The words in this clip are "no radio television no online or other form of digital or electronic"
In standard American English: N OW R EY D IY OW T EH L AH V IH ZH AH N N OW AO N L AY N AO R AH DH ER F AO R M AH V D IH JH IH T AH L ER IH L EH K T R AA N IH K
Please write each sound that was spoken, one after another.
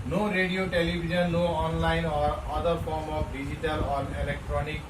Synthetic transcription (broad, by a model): N OW R EY D IY OW T EH L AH B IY Z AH N L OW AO N L AY N AO R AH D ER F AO R M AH P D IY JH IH T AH L ER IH L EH K T R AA N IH K